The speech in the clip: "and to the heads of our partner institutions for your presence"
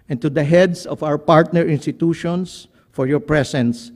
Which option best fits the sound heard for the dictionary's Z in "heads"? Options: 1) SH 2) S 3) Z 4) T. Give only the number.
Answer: 2